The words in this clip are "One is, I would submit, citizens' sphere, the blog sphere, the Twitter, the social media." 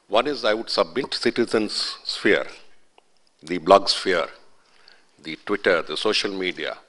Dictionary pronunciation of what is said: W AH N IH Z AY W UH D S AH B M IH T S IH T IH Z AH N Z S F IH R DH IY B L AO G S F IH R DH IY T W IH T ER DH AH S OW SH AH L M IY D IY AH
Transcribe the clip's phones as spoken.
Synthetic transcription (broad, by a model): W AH N IH Z AY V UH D S AH B M IH T S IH T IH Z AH N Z S F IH R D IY B L AO G S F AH R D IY T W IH T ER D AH S OW SH AH L M IY D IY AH